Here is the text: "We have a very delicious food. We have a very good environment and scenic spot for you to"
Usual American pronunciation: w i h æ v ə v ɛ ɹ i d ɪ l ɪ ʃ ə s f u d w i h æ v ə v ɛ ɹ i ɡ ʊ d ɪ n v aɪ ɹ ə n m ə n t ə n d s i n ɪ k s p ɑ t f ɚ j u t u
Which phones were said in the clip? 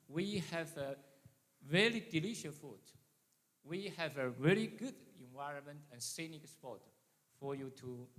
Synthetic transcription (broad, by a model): w i h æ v ə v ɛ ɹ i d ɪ l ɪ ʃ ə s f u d w i h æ v ə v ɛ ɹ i ɡ ʊ d ɪ n v aɪ ɹ ə n m ə n t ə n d s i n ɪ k s p ɑ t f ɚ j u t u